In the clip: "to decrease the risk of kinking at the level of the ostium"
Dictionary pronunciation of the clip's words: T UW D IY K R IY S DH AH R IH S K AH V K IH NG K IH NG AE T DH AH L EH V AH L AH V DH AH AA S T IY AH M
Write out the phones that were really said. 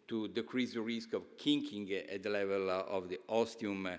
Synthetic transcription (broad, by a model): T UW D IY K R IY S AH R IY S K AH V K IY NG K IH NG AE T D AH L EH V AH L AH V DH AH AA S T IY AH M